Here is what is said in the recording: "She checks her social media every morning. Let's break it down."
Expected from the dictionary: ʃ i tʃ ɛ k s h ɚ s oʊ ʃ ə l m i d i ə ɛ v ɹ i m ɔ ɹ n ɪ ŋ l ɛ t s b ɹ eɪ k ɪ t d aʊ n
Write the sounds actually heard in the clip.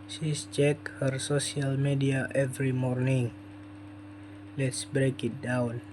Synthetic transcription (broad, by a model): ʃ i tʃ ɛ k h ɚ s oʊ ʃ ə l m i d i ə ɛ v ɹ i m ɔ ɹ n ɪ ŋ l ɛ t s b ɹ eɪ k ɪ t d aʊ n